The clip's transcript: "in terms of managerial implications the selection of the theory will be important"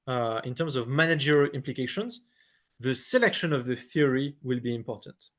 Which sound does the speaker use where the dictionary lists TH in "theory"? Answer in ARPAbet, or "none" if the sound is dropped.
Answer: TH